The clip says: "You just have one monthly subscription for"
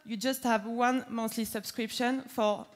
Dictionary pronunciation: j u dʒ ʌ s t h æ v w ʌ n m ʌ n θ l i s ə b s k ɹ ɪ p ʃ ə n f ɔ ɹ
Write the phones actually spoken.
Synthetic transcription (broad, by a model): j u dʒ ʌ s t h æ v w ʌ n m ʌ θ l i s ə b s k ɹ ɪ p ʃ ə n f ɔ ɹ